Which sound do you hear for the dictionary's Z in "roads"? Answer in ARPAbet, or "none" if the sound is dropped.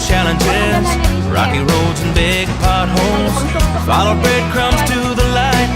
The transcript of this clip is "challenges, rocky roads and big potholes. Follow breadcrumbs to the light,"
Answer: Z